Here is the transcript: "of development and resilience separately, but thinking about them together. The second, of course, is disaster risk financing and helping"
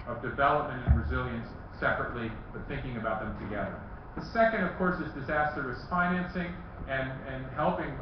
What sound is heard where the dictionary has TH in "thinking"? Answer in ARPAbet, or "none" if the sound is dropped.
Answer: TH